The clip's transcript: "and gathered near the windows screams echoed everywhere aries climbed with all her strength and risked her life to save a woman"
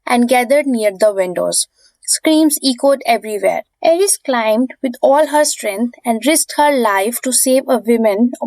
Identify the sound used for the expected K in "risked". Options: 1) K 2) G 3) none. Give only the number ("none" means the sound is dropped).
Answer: 3